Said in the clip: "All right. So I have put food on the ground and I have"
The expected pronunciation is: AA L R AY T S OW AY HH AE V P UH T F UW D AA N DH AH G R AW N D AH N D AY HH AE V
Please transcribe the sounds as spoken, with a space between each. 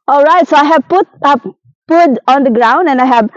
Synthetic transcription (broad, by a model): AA L R AY T S OW AY HH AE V P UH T P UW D AA N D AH G R AW N D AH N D AY HH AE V